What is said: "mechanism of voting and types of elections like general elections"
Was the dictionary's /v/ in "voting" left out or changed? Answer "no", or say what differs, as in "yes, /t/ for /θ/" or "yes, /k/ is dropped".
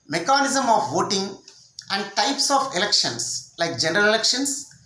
no